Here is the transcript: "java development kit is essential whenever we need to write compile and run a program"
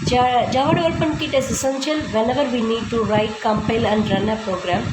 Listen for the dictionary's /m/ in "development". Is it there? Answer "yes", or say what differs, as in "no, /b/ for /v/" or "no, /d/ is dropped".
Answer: no, /m/ is dropped